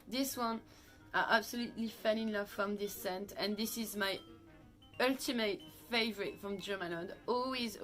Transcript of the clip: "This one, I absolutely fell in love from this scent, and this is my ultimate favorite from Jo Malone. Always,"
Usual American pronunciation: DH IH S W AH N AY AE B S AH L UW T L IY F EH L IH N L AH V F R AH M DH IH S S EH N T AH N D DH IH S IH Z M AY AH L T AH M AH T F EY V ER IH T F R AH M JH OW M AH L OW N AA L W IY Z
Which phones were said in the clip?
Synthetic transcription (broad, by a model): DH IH S W AH N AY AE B S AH L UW T L IY F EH N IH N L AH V F R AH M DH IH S S EH N T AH N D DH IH S IH Z M AY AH L T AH M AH T F EY V ER IH T F R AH M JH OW M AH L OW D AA L W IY Z